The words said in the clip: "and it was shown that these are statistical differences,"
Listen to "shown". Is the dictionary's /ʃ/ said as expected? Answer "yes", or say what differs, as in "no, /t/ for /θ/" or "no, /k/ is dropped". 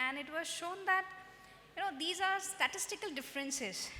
yes